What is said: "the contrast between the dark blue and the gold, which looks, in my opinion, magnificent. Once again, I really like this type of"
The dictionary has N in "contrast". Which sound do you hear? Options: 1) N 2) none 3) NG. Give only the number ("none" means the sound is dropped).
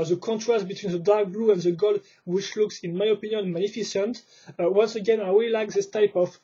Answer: 1